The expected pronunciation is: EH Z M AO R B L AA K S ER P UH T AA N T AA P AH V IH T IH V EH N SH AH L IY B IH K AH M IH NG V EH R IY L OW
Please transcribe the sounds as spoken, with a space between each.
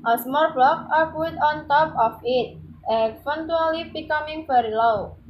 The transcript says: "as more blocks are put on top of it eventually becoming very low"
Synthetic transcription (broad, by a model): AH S M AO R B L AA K AA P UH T AA N T AA P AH F IH T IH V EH N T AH L IY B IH K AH M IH NG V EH R IY L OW